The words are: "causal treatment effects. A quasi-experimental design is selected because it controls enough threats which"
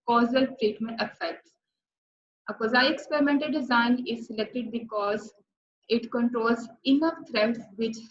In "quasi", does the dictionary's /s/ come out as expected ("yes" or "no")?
no